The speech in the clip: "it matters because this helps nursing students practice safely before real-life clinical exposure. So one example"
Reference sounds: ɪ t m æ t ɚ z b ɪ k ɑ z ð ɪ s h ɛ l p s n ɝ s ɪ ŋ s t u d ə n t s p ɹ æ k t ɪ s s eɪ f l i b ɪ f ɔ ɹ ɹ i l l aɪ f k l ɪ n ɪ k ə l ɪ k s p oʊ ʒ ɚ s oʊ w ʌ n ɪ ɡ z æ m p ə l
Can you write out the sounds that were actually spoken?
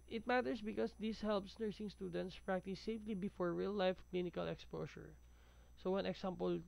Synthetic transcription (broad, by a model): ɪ t m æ t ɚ s b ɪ k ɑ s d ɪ s h ɛ l p s n ɝ s ɪ ŋ s t u d ə n t s p ɹ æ k t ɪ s s eɪ f l i b ɪ f ɔ ɹ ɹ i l l aɪ f k l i n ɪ k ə l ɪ k s p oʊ s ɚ s oʊ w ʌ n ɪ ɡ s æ m p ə l